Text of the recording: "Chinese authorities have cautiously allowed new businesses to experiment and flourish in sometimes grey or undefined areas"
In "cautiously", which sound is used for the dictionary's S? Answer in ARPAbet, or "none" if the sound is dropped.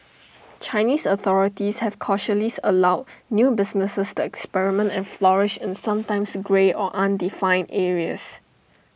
none